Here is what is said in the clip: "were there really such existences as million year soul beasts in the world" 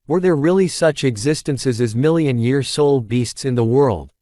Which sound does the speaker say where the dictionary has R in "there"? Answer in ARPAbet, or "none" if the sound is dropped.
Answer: R